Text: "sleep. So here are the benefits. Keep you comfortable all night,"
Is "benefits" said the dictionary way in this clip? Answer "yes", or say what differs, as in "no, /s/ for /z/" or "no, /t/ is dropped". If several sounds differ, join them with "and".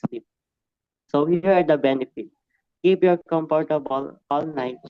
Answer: no, /s/ is dropped